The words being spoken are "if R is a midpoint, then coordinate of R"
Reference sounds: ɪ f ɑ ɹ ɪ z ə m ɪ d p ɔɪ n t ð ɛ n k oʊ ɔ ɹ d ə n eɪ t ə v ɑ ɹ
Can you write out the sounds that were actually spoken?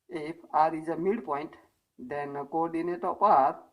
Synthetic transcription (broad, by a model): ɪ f ɑ ɹ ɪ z ə m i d p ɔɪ n t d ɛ n k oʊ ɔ ɹ d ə n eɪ t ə p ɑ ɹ